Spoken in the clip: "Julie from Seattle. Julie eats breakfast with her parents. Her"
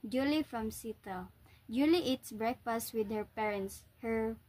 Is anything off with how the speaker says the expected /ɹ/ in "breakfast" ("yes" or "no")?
no